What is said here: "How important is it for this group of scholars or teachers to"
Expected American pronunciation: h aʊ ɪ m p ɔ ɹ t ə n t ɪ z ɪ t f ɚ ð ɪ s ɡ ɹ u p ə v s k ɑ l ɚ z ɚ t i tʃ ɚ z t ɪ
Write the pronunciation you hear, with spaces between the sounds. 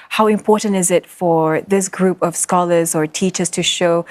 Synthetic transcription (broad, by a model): h aʊ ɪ m p ɔ ɹ t n t ɪ z ɪ t f ɚ ð ɪ s ɡ ɹ u p ə v s k ɑ l ɚ z ɚ t i tʃ ɚ z t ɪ